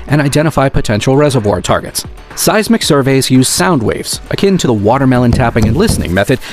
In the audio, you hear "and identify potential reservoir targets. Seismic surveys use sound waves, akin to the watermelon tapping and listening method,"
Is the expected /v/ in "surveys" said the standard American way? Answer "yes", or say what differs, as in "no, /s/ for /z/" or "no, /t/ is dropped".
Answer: yes